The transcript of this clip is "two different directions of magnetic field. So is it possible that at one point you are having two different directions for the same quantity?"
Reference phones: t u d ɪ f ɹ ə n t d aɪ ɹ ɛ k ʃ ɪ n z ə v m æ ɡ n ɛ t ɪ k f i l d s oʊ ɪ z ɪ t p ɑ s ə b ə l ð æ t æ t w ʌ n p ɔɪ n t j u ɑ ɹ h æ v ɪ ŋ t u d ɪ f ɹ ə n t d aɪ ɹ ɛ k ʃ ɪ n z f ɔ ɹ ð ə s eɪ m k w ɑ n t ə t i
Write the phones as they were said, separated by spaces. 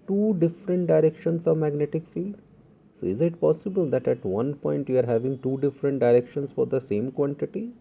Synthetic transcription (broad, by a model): t u d ɪ f ɹ ə n t d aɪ ɹ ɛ k ʃ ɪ n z ə v m æ ɡ n ɛ t ɪ k f i l d s oʊ ɪ z ɪ t p ɑ s ə b ə l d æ t æ t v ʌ n p ɔɪ n t j u ɑ ɹ h æ v ɪ ŋ t u d ɪ f ɹ ə n t d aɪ ɹ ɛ k ʃ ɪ n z f ɔ ɹ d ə s eɪ m k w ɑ n t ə t i